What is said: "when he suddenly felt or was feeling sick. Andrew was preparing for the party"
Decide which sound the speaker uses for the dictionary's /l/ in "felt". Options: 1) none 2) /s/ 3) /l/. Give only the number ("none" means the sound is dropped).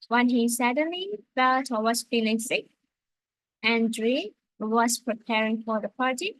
3